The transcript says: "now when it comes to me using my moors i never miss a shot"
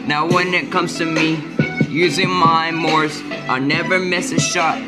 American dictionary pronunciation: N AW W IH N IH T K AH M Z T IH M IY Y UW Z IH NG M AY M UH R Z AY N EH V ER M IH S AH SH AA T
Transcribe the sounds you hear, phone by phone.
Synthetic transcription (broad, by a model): N AW W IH N IH T K AH M Z T IH M IY Y UW Z IH NG M AY M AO R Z AY N EH V ER M IH S AH SH AA T